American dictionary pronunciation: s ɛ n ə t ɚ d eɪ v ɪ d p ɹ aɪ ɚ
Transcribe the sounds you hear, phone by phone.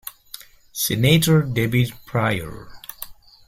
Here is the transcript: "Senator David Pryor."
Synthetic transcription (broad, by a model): s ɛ n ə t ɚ d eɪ b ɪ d p ɹ aɪ ɚ